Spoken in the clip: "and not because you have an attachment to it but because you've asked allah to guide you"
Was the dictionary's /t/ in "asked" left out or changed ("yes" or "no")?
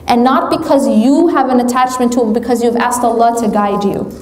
no